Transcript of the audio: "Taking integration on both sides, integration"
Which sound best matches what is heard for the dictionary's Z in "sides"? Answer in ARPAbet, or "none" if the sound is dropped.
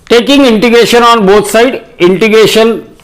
none